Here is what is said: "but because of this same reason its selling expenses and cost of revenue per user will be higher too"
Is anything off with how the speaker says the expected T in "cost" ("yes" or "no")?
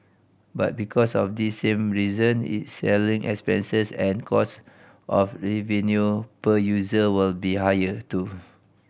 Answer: no